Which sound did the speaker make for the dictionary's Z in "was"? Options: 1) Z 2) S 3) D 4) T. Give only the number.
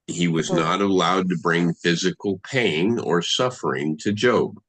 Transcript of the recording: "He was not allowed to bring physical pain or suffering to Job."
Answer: 1